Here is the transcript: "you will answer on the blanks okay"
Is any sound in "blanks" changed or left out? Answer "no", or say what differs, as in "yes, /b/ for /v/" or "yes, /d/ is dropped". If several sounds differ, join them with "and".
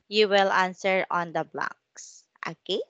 yes, /ŋ/ is dropped